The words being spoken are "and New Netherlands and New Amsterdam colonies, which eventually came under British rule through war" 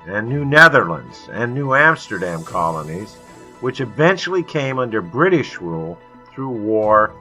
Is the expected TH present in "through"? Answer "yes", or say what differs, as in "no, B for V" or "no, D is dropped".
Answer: yes